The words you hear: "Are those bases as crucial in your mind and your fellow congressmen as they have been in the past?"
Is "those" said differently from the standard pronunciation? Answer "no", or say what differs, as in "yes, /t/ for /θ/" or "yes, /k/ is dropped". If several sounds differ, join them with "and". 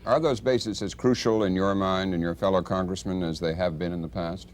no